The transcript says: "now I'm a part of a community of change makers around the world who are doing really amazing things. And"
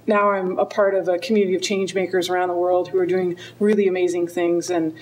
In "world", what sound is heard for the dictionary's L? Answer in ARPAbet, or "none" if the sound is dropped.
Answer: L